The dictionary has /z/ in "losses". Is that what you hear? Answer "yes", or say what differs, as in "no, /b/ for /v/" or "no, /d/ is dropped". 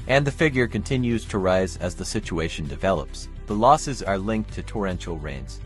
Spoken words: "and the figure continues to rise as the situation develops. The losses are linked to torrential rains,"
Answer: yes